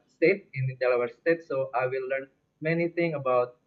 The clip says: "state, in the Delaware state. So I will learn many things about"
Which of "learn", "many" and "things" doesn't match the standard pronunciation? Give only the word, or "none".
things